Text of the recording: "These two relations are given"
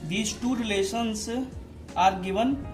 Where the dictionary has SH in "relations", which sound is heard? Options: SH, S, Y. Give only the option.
S